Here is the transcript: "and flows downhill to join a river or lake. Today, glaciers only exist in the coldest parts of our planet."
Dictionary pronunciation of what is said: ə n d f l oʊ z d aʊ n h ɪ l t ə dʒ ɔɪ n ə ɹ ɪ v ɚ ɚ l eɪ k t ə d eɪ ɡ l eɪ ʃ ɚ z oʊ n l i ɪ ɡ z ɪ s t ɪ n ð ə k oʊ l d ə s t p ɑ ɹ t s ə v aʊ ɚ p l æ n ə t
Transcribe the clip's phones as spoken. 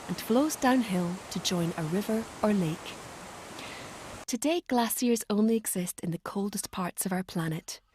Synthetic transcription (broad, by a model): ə n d f l oʊ z d aʊ n h ɪ l t ə dʒ ɔɪ n ə ɹ ɪ v ɚ ɚ l eɪ k t ə d eɪ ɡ l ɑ s ɚ z oʊ n l i ɪ ɡ z ɪ s t ɪ n ð ə k oʊ l d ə s p ɑ ɹ t s ə v aʊ ɚ p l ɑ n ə t